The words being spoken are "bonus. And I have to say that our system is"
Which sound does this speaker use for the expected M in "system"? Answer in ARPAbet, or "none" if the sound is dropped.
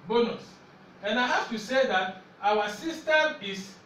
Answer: none